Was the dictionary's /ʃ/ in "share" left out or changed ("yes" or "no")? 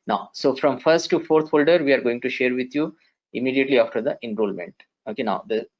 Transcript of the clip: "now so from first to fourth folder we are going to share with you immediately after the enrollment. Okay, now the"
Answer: no